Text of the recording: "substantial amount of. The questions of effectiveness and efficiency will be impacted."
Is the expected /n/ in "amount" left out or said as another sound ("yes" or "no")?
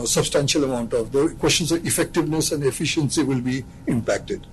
no